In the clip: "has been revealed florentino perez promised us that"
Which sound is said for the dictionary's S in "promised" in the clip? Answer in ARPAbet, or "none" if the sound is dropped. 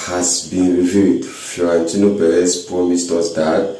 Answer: S